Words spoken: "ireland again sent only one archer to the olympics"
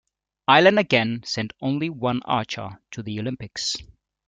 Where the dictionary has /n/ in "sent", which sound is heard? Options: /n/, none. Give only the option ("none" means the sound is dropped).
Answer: /n/